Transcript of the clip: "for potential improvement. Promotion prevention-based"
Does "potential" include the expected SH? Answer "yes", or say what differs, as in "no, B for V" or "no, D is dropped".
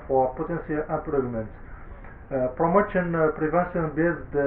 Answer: no, S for SH